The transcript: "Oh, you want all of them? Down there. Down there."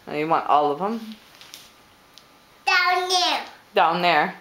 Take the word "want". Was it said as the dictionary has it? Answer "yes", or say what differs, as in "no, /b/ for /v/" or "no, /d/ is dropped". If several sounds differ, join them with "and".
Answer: yes